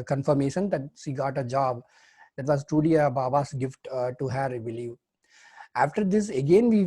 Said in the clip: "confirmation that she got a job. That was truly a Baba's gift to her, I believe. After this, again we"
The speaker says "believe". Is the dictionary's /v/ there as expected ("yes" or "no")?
no